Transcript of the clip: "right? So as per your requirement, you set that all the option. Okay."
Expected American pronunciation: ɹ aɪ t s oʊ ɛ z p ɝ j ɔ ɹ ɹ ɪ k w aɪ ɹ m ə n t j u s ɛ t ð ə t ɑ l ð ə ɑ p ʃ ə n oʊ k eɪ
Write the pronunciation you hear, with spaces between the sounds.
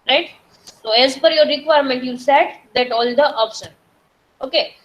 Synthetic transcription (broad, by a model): ɹ aɪ t s oʊ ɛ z f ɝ j ɔ ɹ ɹ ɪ k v aɪ ɹ m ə n t j u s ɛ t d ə t ɑ l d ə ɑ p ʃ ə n oʊ k eɪ